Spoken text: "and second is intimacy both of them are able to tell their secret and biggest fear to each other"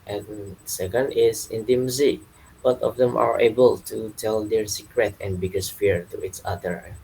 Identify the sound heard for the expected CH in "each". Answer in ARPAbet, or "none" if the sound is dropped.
S